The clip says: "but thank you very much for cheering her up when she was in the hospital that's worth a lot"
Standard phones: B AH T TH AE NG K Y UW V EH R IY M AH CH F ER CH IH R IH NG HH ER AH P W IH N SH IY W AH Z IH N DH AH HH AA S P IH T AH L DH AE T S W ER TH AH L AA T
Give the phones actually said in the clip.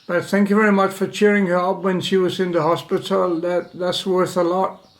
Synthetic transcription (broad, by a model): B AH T TH AE NG K Y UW V EH R IY M AH CH F ER CH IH R IH NG HH ER AH P W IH N SH IY W AH Z IH N DH AH HH AA S P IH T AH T DH AE T S W ER TH AH L AA T